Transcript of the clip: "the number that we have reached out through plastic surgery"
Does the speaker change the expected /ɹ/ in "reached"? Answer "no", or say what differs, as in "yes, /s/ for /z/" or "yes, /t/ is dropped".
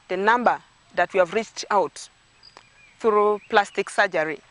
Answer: no